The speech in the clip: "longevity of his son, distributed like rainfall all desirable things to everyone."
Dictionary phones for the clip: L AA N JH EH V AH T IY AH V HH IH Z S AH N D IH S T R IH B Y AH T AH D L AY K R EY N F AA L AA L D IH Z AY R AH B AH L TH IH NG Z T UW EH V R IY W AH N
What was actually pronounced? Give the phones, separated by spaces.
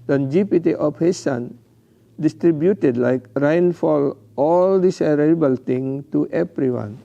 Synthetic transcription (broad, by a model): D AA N JH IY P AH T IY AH F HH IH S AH N D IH S T R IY B Y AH T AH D L AY K R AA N F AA L AA L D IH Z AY R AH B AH L T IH NG T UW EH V R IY W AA N